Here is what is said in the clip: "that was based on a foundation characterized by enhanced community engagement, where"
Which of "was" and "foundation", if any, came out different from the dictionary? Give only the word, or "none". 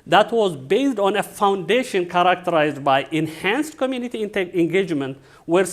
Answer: none